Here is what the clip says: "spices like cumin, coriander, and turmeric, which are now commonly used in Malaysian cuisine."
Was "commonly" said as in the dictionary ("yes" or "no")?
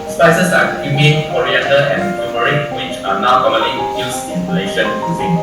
yes